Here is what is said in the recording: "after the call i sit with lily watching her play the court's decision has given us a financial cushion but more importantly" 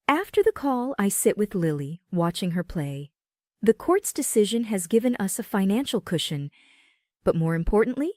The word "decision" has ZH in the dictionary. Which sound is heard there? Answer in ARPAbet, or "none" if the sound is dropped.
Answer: ZH